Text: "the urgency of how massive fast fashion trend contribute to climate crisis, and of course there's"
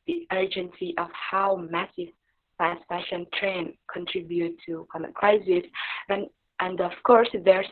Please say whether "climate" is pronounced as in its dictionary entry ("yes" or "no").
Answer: no